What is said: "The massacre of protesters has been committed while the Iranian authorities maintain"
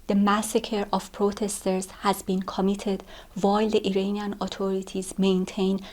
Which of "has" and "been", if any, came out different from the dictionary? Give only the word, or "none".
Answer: none